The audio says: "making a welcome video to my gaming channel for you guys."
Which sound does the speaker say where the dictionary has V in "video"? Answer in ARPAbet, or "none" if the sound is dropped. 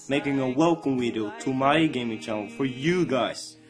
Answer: W